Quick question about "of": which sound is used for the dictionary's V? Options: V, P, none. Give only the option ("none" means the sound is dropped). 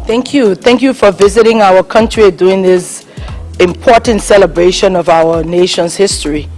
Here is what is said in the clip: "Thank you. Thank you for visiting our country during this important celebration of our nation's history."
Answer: V